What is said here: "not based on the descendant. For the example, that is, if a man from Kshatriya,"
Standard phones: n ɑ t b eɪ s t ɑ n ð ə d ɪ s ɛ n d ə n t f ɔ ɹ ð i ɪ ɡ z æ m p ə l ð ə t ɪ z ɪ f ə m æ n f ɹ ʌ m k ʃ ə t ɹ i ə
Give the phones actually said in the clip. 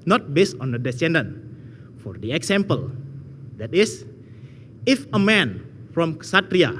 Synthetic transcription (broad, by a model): n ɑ t b eɪ s t ɑ n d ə d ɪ s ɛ n d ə n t f ɔ ɹ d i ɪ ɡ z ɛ m p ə l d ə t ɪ s ɪ f ə m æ n f ɹ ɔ m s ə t ɹ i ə